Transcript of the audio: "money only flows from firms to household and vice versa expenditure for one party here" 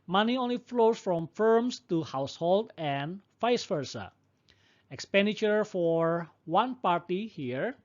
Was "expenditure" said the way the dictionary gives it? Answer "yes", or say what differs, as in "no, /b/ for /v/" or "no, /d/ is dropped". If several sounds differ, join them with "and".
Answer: yes